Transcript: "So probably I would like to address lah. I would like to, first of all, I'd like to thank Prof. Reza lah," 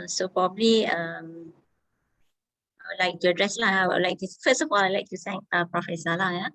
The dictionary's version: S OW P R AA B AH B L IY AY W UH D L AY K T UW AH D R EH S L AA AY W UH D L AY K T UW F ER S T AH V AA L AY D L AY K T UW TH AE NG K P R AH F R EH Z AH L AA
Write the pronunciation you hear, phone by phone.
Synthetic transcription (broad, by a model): S OW P R AA B AH B L IY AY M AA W L AY K T UW AH D R EH S L AA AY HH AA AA L AY K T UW F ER S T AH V AA L AY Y L AY K T UW S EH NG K P R AH F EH S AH L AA